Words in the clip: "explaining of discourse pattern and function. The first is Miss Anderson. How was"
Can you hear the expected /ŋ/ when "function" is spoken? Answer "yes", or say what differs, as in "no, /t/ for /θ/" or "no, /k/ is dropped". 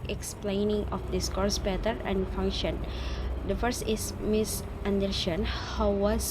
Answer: yes